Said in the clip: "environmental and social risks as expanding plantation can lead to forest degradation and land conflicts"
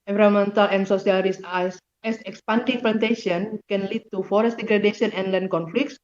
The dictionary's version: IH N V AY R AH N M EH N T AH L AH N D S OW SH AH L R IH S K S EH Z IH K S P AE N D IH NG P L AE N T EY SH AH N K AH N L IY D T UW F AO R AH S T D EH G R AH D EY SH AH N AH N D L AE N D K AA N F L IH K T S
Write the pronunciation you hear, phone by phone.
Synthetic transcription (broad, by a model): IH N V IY R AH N M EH N T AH L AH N S OW S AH L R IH S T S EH S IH K S P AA N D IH NG P L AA N T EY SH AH N K AH N L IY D T UW F AO R AH S T D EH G R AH D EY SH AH N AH N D L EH N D K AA N F L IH K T S